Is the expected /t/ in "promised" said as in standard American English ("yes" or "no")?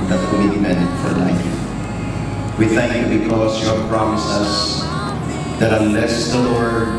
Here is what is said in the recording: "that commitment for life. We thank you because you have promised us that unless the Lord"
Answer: no